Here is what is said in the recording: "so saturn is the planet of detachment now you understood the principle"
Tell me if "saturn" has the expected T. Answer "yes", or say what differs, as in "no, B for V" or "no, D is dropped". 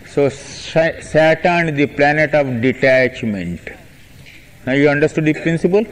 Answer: no, S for T